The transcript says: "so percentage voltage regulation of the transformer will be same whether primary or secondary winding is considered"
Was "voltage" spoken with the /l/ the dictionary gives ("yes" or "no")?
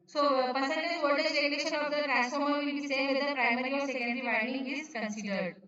no